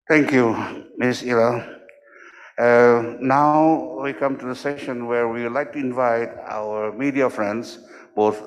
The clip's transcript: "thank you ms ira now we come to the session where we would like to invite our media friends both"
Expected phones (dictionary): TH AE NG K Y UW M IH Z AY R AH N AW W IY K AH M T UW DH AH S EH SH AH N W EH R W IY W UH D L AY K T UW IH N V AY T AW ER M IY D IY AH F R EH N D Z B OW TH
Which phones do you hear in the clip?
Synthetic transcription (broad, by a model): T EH NG K Y UW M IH S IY L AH N AW W IY K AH M T UW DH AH S EH SH AH N W EH R W IY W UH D L AY K T UW IH N V AY T AW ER M IY D IY AH F R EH N D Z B OW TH